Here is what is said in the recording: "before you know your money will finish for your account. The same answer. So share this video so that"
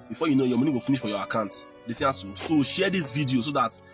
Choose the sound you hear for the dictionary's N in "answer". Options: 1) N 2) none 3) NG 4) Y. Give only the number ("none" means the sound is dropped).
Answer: 2